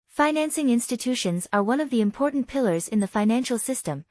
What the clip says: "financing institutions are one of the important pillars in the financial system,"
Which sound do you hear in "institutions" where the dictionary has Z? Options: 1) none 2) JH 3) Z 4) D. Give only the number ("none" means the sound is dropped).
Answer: 3